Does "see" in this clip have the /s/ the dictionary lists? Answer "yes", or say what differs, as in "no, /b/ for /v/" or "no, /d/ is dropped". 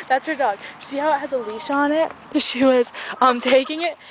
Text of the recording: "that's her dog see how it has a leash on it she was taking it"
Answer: no, /ʃ/ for /s/